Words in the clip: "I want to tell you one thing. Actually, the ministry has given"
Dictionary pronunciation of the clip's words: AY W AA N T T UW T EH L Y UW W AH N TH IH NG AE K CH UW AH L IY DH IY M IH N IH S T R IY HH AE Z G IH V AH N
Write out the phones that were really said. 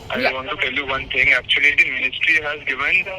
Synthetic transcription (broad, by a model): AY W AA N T T UW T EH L Y UW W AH N T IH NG AE K CH UW AH L IY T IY M IH N IH S T R IY HH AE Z G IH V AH N